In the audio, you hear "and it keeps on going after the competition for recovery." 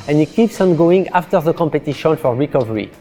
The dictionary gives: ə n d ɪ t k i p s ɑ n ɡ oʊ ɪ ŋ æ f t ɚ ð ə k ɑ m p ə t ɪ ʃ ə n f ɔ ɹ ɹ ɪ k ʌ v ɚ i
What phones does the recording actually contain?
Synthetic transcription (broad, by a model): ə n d ɪ t k i p s ɑ n ɡ oʊ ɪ ŋ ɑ f t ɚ ð ə k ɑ m p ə t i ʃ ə n f ɔ ɹ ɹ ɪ k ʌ v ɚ i